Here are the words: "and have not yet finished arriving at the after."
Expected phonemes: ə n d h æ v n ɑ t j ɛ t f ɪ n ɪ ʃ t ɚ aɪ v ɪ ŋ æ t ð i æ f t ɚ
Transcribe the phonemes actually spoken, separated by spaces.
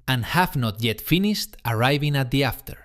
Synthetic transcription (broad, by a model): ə n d h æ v n ɑ t j ɛ t f ɪ n ɪ ʃ t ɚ aɪ v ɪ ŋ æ t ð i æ f t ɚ